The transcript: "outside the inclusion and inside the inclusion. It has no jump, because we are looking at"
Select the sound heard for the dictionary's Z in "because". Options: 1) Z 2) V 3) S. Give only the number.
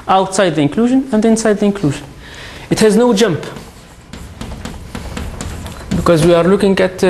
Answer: 1